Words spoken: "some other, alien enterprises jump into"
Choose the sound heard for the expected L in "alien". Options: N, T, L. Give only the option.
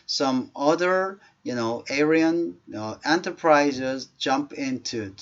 N